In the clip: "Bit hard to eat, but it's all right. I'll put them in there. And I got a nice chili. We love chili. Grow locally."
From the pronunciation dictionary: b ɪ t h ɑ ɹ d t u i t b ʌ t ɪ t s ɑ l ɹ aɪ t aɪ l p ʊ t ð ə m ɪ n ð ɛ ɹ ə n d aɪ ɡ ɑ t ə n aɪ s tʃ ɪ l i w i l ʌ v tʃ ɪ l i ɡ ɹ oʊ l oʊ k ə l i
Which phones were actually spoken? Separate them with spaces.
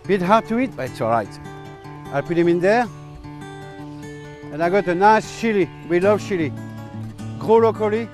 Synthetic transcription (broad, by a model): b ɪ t h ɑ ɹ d t u i t b ʌ t ɪ t s ɑ l ɹ aɪ t aɪ l p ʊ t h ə m ɪ n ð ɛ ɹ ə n aɪ ɡ ɑ t ə n aɪ s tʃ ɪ l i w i l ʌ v ʃ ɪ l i ɡ ɹ oʊ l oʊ k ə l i